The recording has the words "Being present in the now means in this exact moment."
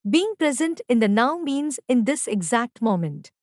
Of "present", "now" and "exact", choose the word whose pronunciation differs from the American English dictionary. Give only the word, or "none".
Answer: none